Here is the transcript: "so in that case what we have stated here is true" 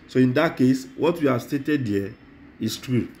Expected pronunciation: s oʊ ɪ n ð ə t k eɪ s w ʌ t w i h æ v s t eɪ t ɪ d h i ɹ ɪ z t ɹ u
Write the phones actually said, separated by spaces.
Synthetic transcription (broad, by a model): s oʊ ɪ n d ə t k eɪ s w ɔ t w i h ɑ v s t eɪ t ɪ d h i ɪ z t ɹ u